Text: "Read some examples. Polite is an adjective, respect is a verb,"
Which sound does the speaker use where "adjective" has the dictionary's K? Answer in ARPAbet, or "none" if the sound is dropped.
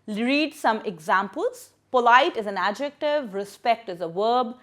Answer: K